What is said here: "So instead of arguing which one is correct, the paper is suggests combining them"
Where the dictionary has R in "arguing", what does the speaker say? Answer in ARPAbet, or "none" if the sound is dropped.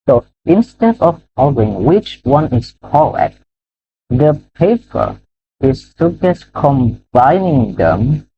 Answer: L